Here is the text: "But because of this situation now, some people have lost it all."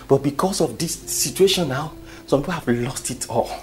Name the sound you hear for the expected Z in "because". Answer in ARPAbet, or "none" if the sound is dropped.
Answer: S